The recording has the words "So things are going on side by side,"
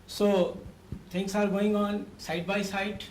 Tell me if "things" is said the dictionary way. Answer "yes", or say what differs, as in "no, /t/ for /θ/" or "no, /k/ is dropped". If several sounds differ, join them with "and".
no, /t/ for /θ/ and /s/ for /z/